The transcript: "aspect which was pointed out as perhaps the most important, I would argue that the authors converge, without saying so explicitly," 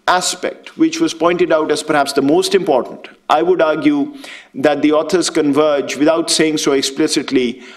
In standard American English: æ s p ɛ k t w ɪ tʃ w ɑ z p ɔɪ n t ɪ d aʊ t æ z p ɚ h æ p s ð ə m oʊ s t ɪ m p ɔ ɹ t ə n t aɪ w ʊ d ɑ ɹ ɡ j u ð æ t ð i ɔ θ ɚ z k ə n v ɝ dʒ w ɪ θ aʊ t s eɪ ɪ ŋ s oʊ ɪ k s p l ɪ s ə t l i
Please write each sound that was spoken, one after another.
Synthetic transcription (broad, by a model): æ s p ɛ k t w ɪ tʃ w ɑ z p ɔɪ n t ɪ d aʊ t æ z p ɚ h æ p s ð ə m oʊ s t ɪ m p ɔ ɹ t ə n t aɪ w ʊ d ɑ ɹ ɡ j u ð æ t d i ɔ t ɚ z k ə n v ɝ dʒ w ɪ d aʊ t s eɪ ɪ ŋ s oʊ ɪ k s p l ɪ s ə t l i